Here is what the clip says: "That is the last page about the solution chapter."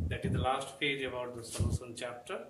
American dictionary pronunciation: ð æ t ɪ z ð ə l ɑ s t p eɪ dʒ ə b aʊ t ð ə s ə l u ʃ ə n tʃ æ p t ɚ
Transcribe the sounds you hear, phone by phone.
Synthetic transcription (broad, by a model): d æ t ɪ z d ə l ɑ s t p eɪ dʒ ə b aʊ t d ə s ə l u s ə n tʃ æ p t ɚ